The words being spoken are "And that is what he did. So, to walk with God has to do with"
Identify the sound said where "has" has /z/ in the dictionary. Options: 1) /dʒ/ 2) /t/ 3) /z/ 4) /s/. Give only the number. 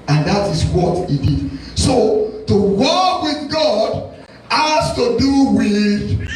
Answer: 4